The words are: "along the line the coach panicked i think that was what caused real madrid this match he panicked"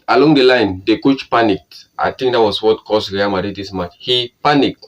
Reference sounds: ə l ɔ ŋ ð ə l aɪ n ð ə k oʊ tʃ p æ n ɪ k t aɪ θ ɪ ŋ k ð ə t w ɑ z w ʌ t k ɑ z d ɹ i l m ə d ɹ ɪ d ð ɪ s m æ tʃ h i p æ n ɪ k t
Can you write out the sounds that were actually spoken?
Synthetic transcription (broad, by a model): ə l ɔ ŋ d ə l aɪ n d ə k oʊ tʃ p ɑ n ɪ k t aɪ t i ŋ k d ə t w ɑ s w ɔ t k ɑ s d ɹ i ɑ m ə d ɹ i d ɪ s m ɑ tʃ h i p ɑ n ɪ k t